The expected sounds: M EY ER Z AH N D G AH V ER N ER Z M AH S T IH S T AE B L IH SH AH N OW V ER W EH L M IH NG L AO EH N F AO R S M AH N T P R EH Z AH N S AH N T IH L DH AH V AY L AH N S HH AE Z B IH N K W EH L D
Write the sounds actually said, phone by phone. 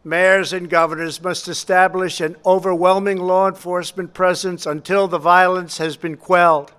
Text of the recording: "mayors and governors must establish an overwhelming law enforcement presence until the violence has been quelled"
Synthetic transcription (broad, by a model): M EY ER Z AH N G AH V ER N ER Z M AH S T IH S T AE B L IH SH AH N OW V ER W EH L M IH NG L AO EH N F AO R S M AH N P R EH Z AH N S AH N T IH L DH AH V AY L AH N S HH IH Z B IH N K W EH L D